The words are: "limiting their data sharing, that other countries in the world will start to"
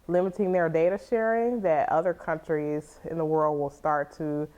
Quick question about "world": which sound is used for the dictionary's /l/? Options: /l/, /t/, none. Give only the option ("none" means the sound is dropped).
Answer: /l/